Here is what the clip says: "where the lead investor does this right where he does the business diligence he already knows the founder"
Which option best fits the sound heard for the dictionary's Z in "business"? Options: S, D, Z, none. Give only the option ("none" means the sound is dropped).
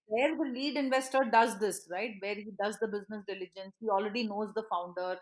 Z